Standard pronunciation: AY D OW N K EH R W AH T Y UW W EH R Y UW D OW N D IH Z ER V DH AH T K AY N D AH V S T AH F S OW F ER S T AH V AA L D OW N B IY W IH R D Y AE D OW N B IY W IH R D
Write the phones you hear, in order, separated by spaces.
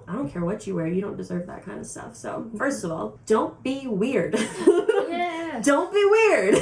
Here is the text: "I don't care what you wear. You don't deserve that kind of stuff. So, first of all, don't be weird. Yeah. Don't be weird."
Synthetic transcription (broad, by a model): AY D OW N K EH R W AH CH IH W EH R Y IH D OW N D IH Z ER V DH AH T K AY N D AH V S T AH F S OW F ER S T AH V AA L D OW N B IY W IH R D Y D OW N B IY W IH R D